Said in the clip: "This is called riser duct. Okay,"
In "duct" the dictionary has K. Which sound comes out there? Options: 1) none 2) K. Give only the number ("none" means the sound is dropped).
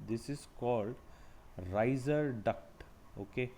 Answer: 2